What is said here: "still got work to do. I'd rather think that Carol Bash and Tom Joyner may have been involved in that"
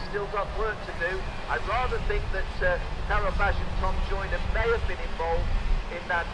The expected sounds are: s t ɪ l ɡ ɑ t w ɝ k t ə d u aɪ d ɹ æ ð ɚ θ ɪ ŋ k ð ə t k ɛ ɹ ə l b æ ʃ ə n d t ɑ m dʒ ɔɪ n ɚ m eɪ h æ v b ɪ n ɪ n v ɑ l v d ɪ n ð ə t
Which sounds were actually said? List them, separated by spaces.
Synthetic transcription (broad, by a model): s t ɪ l ɡ ɑ t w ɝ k t ə d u aɪ ɹ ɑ ð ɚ θ ɪ ŋ k ð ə t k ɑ ɹ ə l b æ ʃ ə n t ɑ m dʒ ɔɪ n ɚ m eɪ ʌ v b ɪ n ɪ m v ɑ l v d ɪ n ð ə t